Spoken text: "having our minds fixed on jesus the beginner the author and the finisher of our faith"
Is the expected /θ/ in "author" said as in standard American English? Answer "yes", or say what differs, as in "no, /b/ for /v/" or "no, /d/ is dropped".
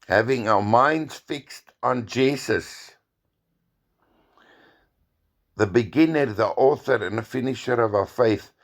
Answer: yes